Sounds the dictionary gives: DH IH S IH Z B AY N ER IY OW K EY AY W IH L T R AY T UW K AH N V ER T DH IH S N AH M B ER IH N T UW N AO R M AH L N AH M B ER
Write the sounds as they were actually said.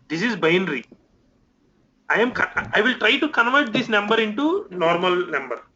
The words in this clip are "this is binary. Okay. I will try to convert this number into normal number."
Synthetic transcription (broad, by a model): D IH S IH Z B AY N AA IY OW K AY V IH L T R AY T UW K AH N V ER T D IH S N AH M B ER IH N T UW N AO R M AH L N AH M B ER